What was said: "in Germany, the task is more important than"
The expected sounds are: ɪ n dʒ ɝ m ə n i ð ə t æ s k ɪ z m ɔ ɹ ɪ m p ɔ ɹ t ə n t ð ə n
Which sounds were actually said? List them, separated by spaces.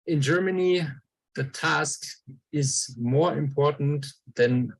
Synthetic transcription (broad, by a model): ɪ n dʒ ɝ m ə n i ð ə t æ s k ɪ z m ɔ ɹ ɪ m p ɔ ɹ t n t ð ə n